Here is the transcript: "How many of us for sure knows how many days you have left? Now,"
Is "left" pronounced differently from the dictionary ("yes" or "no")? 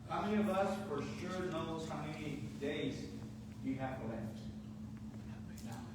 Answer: yes